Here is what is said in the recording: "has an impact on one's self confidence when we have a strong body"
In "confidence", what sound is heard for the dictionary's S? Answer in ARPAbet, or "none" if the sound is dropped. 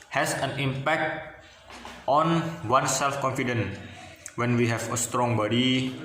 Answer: none